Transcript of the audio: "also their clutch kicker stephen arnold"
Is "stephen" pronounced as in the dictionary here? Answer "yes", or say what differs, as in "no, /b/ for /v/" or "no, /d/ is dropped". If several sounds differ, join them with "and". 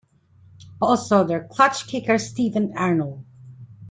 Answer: yes